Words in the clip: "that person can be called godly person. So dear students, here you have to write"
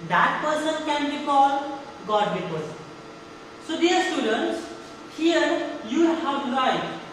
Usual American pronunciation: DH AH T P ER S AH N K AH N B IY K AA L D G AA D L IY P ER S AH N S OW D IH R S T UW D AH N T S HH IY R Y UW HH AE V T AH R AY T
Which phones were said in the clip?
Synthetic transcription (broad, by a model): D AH T P ER S AH N K AH N B IY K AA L G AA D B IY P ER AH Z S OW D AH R S T UW D AH N T S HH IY R Y UW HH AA W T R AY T